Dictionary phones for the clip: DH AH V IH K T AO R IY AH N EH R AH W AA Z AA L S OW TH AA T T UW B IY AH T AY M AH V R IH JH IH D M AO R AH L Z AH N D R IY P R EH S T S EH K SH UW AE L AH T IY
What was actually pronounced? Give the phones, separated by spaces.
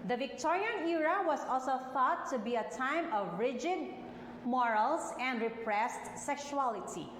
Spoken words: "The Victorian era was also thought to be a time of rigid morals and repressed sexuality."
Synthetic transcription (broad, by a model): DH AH V IH K T AO R IY AH N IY R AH W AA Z AA L S OW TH AA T T UW B IY AH T AY M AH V R IH JH IH D M AO R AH L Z AH N D R IY P R EH S T S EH K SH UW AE L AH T IY